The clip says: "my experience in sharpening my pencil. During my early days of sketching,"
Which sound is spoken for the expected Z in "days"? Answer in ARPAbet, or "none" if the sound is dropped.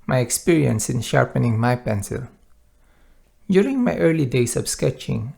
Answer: S